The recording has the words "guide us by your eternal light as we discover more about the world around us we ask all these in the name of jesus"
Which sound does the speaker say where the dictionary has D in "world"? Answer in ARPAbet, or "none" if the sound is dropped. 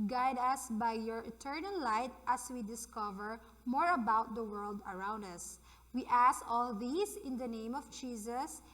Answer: D